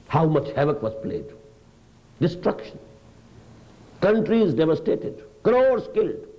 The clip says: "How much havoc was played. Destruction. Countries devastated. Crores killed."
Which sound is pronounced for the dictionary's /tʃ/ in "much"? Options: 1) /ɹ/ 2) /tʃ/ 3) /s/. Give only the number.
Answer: 2